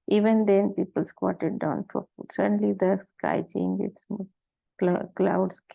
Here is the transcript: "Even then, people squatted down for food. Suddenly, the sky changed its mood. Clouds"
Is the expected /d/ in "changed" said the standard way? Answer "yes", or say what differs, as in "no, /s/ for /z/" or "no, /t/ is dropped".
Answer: no, /d/ is dropped